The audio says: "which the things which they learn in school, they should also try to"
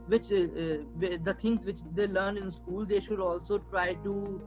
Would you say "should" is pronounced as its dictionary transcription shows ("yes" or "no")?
yes